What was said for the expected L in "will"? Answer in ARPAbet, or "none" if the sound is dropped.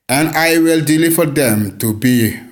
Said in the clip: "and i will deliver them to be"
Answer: L